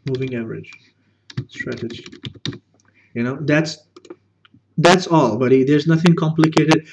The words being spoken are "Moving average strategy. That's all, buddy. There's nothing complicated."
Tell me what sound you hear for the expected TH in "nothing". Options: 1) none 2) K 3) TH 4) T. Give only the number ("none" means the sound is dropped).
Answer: 3